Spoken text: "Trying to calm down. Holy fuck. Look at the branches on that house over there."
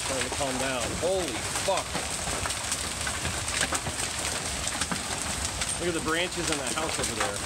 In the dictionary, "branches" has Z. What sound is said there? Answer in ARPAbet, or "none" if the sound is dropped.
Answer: Z